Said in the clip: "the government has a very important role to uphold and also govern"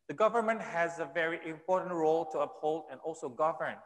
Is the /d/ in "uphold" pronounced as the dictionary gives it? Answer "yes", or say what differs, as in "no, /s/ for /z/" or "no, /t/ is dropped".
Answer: yes